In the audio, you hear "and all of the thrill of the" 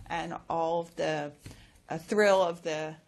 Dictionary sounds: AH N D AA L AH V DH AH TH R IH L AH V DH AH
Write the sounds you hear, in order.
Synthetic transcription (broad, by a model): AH N AA L AH V DH AH TH R IH L AH V DH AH